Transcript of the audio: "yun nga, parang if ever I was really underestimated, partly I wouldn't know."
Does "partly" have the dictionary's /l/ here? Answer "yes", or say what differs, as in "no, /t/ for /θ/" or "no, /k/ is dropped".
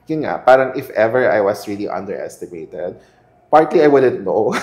yes